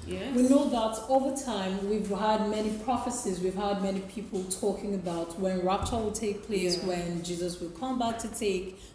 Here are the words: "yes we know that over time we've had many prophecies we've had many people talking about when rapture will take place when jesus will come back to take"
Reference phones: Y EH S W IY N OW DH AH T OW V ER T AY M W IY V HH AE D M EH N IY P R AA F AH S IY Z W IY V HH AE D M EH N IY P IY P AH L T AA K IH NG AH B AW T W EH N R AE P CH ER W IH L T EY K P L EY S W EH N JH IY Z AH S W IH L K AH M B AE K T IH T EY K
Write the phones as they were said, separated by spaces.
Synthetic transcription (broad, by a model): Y W IY N OW DH AH T OW V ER T AY M W IY V HH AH D M EH N IY P R AA F AH S IY Z W IY V HH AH D M EH N IY P IY P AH L T AA K IH NG AH B AW T W EH N R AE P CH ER W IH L T EY K P L EY S W EH N JH IY Z AH S W IH L K AH M B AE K T IH T EY K